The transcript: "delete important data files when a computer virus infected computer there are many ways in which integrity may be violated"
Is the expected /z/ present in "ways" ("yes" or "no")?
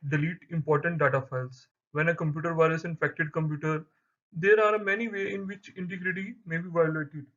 no